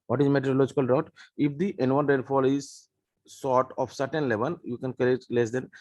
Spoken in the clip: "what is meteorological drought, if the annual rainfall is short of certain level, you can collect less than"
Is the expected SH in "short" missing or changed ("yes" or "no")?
yes